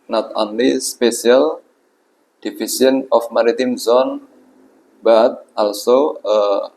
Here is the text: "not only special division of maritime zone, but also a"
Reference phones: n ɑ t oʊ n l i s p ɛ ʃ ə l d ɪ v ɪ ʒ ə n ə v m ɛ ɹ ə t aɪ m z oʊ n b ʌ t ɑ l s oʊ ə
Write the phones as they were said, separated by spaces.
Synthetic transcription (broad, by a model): n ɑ t oʊ n l i s p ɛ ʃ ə l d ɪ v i s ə n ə f m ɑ ɹ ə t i m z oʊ n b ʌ t ɑ l s oʊ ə